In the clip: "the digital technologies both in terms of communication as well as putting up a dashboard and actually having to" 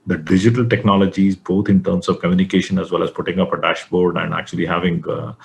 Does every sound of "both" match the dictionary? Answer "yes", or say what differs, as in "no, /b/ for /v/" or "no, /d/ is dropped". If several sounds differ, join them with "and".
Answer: no, /t/ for /θ/